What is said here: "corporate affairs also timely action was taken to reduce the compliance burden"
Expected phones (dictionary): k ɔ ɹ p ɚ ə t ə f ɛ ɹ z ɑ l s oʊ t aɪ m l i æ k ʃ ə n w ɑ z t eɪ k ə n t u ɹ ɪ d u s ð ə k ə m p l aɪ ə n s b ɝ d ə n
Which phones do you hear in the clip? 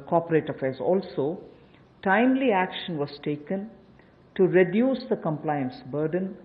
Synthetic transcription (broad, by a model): k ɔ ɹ p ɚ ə t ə f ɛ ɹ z ɑ l s oʊ t aɪ m l i æ k ʃ ə n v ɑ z t eɪ k ə n t u ɹ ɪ d u s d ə k ə m p l aɪ ə n s b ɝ d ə n